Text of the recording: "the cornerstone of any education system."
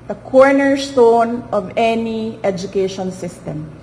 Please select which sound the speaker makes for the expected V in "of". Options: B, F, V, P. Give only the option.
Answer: V